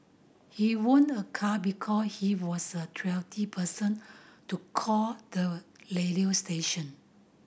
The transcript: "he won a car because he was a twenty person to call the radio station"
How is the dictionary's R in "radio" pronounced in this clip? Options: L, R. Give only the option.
L